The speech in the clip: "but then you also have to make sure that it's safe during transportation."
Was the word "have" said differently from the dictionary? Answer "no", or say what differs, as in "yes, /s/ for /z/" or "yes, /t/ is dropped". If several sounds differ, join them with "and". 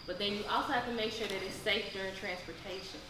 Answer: yes, /f/ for /v/